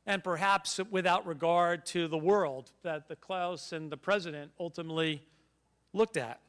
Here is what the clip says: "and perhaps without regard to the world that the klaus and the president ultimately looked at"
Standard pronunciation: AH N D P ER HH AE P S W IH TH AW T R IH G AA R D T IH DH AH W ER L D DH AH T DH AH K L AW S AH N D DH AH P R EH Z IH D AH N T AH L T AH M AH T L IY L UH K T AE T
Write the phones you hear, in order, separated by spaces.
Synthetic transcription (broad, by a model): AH N P ER HH AE P S W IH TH AW T R IH G AA R D T IH DH AH W ER L D DH AH T DH AH K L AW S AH N DH AH P R EH Z IH D AH N T AH L T AH M AH T L IY L UH K T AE T